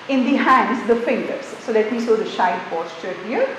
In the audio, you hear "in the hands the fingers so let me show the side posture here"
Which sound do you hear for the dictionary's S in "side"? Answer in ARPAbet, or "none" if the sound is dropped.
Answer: SH